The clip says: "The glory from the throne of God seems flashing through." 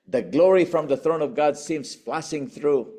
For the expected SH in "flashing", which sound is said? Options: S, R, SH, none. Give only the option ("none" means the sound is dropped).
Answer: S